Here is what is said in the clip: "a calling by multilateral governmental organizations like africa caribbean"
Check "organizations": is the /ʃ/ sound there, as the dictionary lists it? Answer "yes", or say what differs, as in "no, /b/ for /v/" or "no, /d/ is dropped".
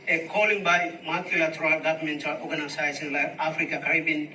no, /s/ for /ʃ/